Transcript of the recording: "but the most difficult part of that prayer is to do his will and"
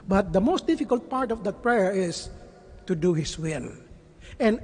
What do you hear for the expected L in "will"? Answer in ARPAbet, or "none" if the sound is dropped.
N